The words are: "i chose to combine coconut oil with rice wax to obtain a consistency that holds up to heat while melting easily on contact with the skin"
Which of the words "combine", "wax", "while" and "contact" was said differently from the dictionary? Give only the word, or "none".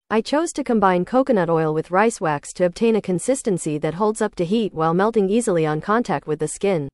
none